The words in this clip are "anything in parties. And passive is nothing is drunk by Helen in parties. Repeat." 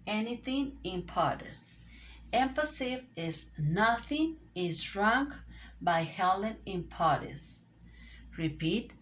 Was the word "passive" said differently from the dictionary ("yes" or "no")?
yes